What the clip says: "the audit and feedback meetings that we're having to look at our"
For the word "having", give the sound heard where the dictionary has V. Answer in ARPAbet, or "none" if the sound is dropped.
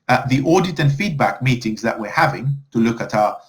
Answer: V